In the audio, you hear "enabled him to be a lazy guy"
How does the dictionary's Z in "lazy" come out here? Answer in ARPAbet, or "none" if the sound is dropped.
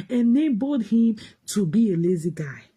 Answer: Z